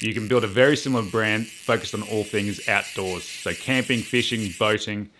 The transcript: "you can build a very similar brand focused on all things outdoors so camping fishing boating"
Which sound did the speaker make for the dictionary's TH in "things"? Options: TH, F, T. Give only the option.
TH